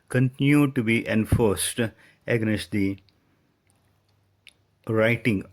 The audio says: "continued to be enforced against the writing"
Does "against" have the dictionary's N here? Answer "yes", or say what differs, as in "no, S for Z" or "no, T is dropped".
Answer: no, N is dropped